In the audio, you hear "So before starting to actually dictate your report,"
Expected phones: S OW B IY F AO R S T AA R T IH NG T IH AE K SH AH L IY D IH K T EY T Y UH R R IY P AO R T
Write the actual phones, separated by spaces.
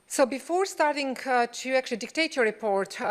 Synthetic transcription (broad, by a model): S OW B IY F AO R S T AA R T IH NG T IH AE K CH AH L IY D IH K T EY T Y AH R R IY P AO R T